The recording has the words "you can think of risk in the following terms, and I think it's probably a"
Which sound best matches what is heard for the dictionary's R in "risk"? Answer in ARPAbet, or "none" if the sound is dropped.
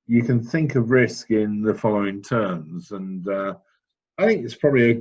R